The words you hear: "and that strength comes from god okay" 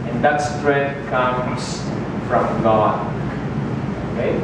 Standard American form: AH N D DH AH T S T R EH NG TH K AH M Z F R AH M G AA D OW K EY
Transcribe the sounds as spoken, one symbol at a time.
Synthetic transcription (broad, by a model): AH N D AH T S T R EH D K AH M S F R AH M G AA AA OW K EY